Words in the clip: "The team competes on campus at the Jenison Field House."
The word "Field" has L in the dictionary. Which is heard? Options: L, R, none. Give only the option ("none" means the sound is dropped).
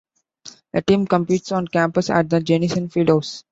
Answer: none